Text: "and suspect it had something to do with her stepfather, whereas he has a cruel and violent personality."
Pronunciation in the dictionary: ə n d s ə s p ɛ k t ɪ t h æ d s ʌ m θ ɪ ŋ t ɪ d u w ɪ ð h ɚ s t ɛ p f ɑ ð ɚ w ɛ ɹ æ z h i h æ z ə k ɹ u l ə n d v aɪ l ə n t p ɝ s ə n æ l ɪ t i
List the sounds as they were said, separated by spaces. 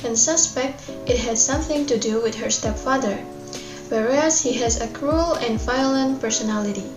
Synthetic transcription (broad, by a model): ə n s ə s p ɛ k t ɪ t h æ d s ʌ m θ ɪ ŋ t ɪ d u w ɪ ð h ɚ s t ɛ p f ɑ ð ɚ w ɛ ɹ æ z h i h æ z ə k ɹ u l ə n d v aɪ l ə n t p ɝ s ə n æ l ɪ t i